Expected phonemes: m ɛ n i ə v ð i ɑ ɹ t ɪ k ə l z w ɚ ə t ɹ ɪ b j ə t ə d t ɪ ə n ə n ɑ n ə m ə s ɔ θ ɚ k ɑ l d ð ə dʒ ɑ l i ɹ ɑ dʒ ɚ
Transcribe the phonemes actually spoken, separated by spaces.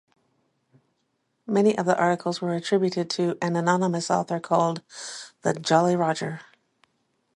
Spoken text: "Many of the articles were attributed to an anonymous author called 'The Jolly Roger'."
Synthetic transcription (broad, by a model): m ɛ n i ə v ð i ɑ ɹ t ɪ k l z w ɚ ə t ɹ ɪ b j ə t ə d t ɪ ə n ə n ɑ n ə m ə s ɔ θ ɚ k ɑ l d ð ə dʒ ɑ l i ɹ ɑ dʒ ɚ